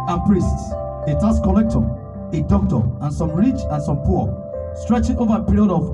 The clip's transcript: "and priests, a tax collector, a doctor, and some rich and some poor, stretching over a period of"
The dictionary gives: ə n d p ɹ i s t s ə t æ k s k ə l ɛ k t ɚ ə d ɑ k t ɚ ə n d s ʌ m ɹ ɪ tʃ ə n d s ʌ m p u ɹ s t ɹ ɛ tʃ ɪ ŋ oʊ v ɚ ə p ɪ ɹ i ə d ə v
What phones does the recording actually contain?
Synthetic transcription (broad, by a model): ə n p ɹ i s t s ə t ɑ s k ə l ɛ k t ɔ ə d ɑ k t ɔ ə n s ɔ m ɹ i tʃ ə n s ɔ m p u s t ɹ ɛ tʃ ɪ ŋ oʊ v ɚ ə p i ɹ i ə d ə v